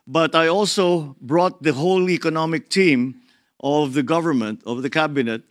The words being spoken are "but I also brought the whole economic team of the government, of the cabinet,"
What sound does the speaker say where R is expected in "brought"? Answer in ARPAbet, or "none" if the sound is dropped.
R